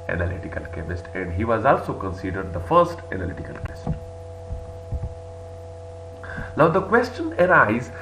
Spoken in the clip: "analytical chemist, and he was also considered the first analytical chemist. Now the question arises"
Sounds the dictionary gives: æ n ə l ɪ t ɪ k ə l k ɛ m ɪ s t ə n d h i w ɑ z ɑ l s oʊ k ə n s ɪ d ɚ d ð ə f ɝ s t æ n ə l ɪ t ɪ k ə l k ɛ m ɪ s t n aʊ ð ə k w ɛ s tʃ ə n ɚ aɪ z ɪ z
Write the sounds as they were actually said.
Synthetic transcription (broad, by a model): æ n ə l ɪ t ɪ k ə l k ɛ m ɪ s t ə n d h i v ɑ z ɑ l s oʊ k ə n s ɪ d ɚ d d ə f ɝ s t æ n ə l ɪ t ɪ k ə l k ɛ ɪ s t l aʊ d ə k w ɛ s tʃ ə n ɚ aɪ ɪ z